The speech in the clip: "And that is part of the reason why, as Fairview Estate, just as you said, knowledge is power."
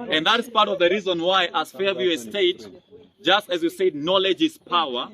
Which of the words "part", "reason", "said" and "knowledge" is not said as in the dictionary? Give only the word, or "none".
none